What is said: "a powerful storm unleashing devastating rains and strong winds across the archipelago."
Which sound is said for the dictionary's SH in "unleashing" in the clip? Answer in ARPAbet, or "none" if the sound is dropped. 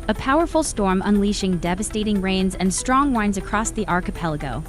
SH